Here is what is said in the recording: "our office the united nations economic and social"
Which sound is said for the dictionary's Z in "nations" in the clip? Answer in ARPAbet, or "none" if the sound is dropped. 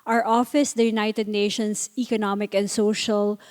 S